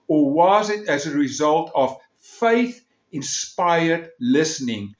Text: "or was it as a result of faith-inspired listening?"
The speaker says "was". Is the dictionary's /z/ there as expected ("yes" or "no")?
yes